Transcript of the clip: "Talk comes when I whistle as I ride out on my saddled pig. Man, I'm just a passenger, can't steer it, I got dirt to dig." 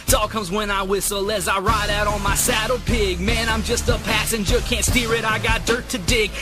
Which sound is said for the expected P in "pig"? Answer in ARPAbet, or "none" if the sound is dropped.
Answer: P